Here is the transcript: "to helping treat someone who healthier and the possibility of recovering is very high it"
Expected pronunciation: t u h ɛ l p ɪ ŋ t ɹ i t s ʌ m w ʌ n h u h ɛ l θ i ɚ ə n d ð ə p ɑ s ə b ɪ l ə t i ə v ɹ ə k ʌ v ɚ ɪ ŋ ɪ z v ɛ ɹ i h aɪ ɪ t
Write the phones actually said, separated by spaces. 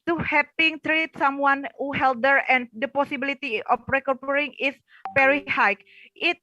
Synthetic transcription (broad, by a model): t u h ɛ p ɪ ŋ t ɹ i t s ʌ m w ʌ n h u h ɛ l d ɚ ə n d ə p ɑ s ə b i l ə t i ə f ɹ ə k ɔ p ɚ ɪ ŋ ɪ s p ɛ ɹ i h aɪ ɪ t